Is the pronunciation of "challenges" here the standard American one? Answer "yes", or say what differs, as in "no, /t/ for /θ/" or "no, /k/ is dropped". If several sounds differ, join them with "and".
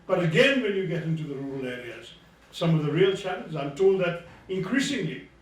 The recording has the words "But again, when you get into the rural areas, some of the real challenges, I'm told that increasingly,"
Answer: no, /z/ is dropped